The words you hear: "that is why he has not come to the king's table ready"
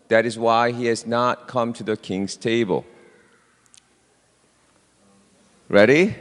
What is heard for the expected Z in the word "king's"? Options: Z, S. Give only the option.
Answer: S